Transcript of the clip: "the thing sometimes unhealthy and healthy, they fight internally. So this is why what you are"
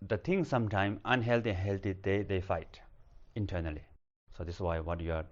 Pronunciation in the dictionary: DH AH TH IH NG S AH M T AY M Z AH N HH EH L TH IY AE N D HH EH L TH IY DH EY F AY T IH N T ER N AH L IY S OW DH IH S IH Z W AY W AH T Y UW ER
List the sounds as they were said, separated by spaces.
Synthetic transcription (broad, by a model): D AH T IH NG S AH M T AY M AH N HH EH L T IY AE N HH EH L T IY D EY F AY T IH N T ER N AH L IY S OW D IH S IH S W AY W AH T Y UW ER